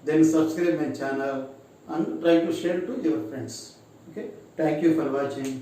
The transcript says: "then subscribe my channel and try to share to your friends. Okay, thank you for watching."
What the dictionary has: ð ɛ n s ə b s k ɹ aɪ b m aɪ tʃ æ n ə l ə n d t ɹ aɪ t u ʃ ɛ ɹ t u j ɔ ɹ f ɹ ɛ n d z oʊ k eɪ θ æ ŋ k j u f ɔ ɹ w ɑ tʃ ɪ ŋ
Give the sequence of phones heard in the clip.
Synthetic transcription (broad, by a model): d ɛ n s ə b s k ɹ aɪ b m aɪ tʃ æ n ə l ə n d t ɹ aɪ t u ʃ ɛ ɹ t u j ɔ ɹ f ɹ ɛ n d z oʊ k eɪ t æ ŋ k j u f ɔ ɹ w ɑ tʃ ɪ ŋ